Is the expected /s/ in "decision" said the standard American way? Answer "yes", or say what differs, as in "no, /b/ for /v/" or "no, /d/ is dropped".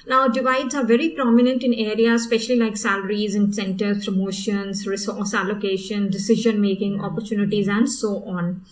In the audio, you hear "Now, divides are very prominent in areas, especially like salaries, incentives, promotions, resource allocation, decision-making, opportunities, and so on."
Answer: yes